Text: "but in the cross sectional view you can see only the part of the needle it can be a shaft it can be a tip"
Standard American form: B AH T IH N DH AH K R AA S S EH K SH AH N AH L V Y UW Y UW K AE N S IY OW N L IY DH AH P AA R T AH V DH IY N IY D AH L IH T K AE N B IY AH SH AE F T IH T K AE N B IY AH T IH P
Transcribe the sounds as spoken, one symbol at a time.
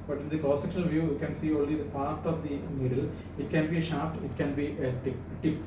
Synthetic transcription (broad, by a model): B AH T IH N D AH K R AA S S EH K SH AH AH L V Y UW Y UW K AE N S IY OW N L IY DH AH P AA R T AH V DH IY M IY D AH L IH T K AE N B IY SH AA P T IH T K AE N B IY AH T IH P